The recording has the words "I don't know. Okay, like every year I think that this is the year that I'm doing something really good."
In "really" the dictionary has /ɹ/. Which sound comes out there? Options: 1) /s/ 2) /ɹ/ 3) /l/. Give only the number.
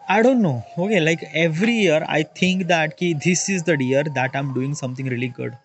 2